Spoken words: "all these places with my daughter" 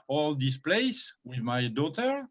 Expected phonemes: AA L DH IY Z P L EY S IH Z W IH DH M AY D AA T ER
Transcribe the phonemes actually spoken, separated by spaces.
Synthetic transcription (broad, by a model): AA L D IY S P L EY IH S W IH DH M AY D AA T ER